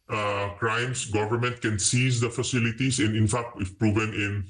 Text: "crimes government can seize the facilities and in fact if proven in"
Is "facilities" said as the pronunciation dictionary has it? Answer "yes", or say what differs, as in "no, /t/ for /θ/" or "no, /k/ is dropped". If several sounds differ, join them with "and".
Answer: no, /s/ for /z/